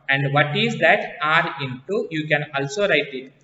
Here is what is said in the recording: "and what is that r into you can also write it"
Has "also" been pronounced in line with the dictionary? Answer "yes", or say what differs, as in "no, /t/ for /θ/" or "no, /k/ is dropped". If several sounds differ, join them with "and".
yes